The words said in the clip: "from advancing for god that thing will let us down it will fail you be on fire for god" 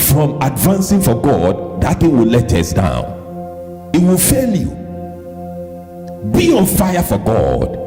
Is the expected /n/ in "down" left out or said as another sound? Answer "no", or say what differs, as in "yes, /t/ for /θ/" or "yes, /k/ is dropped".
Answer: no